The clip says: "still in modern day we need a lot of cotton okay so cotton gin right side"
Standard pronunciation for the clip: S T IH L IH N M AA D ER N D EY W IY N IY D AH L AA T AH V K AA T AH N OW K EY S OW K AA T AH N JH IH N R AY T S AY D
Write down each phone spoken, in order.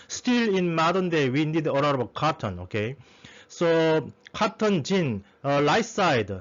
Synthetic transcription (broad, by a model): S T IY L IH N M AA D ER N D EY W IY N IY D AH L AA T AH B K AA T AH N OW K EY S OW K AA T AH N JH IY N L AY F S AY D